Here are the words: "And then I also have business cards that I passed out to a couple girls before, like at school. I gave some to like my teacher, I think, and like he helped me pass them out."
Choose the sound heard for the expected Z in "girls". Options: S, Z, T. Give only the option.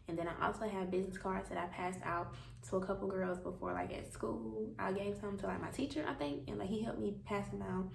Z